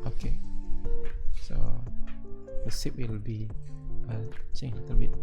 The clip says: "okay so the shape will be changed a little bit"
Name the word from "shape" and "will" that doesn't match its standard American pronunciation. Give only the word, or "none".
shape